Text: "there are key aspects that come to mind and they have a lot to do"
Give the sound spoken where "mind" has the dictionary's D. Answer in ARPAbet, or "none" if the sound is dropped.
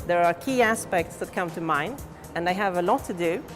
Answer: none